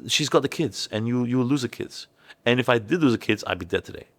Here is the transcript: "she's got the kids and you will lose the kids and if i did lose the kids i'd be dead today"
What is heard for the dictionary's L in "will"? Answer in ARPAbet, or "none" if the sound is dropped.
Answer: W